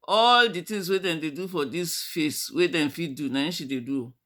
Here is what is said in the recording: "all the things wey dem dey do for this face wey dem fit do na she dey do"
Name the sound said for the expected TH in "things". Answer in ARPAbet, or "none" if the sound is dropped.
T